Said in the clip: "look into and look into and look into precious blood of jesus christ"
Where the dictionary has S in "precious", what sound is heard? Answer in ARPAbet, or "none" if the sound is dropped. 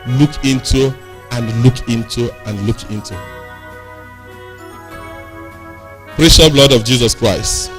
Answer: none